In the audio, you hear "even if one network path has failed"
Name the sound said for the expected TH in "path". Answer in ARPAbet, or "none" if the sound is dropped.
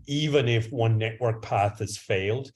TH